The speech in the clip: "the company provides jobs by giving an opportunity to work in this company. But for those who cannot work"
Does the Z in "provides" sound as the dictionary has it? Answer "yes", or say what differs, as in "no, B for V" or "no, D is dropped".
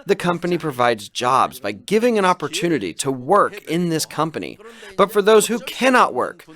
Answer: yes